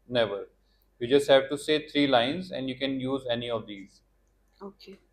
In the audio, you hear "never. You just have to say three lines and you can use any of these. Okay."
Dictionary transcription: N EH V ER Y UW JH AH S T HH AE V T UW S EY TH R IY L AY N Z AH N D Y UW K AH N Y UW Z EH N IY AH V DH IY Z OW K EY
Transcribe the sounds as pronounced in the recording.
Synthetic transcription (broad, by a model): N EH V ER Y UW JH AH S T HH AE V T UW S EY T R IY L AY N Z AH N D Y UW K AH N Y UW Z EH N IY AH V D IY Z OW K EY